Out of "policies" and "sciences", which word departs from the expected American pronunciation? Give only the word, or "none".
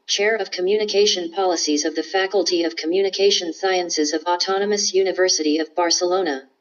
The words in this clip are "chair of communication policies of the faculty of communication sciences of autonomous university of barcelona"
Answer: none